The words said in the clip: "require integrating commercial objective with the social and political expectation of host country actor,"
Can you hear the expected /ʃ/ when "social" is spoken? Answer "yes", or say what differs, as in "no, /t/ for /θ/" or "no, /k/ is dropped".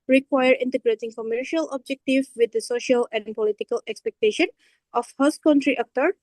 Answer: yes